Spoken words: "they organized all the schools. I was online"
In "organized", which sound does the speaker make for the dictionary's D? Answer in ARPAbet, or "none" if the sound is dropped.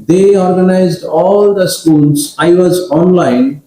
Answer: D